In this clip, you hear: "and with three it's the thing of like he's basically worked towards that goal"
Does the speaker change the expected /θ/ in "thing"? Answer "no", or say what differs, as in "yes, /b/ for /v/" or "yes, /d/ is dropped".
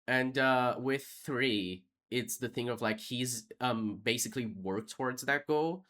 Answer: no